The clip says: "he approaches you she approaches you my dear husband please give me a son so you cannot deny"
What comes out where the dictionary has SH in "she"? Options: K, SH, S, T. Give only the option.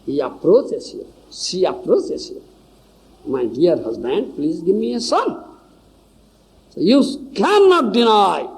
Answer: S